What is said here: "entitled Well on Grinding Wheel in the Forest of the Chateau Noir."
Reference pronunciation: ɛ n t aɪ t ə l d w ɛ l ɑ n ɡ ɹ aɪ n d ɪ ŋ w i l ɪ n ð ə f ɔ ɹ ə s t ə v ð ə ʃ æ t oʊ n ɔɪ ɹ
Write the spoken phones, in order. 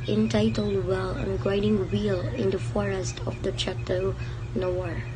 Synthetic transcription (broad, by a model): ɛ n t aɪ t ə l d w ɛ l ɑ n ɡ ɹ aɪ d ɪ ŋ w i l ɪ n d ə f ɔ ɹ ə s t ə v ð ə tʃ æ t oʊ n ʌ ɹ